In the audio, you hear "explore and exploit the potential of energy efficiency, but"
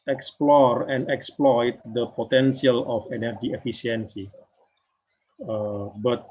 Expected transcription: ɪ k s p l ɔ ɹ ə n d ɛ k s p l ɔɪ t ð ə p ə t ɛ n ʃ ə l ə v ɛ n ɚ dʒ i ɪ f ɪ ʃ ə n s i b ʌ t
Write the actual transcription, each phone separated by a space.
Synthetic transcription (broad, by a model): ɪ k s p l ɔ ɹ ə n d ɛ k s p l ɔɪ t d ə p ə t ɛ n s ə l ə f ɛ n ɚ dʒ i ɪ f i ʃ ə n s i b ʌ t